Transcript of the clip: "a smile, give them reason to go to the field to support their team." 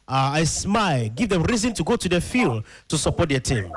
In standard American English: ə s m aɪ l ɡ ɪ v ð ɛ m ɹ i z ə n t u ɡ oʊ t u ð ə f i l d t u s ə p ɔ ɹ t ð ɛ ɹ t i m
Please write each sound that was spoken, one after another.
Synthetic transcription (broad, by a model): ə s m aɪ l ɡ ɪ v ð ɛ m ɹ i z ə n t u ɡ oʊ t u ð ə f i l d t u s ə p ɔ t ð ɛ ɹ t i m